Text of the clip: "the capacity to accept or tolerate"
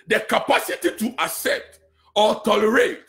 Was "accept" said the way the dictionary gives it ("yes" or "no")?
no